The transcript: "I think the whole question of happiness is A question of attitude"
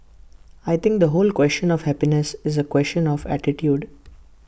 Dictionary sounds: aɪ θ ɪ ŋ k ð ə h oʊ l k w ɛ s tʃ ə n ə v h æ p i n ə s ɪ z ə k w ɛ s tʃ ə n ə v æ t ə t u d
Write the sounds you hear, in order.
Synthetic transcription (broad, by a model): aɪ t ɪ ŋ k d ə h oʊ l k w ɛ s tʃ ə n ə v h æ p i n ə s ɪ z ə k w ɛ s tʃ ə n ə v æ t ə t u d